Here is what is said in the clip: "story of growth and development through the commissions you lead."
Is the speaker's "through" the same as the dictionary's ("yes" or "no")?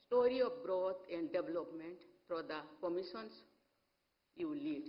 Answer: no